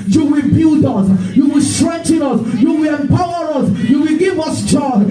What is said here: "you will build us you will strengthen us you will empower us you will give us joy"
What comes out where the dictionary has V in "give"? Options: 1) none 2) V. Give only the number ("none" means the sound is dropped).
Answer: 2